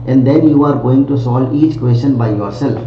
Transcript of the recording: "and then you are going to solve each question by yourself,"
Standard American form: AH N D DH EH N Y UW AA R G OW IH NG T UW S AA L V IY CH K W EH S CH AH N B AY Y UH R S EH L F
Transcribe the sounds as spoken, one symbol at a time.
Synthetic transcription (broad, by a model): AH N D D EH N Y UW AA R G OW IH NG T UW S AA L IY CH K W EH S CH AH N B AY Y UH R S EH L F